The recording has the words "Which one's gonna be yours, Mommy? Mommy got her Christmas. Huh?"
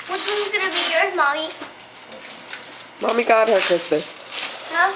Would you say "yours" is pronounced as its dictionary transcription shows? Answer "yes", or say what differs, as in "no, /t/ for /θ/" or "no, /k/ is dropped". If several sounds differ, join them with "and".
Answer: no, /z/ is dropped